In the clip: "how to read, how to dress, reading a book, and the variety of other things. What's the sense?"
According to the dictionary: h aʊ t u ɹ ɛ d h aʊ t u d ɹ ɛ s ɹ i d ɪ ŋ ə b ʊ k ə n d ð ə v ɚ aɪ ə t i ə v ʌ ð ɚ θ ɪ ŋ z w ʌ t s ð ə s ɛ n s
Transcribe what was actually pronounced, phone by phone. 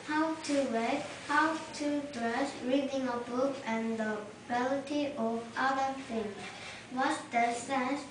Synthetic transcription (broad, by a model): h aʊ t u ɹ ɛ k h aʊ t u d ɹ ɛ s ɹ i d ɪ ŋ ə b ʊ k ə n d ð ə b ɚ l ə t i ə v ʌ ð ɚ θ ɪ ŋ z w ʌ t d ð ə s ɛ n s